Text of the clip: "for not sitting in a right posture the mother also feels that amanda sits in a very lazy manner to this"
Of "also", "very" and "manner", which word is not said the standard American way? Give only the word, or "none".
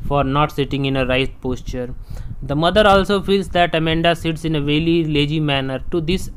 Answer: very